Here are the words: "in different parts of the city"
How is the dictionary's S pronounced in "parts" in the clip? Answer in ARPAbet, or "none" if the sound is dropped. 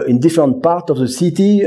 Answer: none